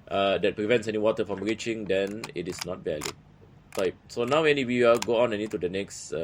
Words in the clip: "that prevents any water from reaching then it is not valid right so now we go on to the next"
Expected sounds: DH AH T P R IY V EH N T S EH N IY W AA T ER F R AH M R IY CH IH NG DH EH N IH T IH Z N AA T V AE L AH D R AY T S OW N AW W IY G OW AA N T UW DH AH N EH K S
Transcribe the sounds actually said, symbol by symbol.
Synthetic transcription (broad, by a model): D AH T P R IY V EH N T S EH N IY W AA T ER F R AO M R IY CH IH NG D EH N IH T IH S N AA T V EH L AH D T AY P S OW N AW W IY G OW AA N T UW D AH N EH K S